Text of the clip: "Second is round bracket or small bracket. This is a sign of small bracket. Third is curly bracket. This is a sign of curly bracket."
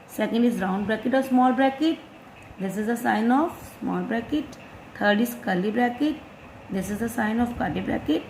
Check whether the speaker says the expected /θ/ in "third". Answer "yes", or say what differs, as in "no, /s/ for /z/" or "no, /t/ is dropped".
no, /t/ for /θ/